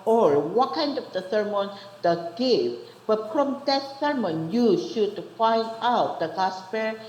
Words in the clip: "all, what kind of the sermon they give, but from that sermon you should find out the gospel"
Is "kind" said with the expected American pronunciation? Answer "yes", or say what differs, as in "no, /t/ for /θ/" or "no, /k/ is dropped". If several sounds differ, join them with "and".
yes